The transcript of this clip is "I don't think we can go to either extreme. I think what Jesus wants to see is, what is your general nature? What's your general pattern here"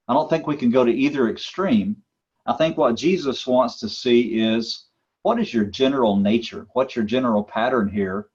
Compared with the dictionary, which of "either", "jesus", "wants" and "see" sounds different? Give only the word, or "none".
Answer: none